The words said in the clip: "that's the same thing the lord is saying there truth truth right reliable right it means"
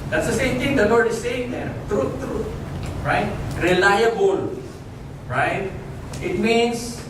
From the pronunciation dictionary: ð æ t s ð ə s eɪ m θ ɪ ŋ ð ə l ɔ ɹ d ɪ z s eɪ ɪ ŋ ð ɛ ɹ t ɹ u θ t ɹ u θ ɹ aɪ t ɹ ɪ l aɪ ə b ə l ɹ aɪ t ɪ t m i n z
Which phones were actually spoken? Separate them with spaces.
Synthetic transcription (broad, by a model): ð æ t s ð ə s eɪ m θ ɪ ŋ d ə w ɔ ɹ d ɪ s eɪ ɪ ŋ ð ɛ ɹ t ɹ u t ɹ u t ɹ aɪ t ɹ ɪ l aɪ ə b ə l ɹ aɪ t ɪ t m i n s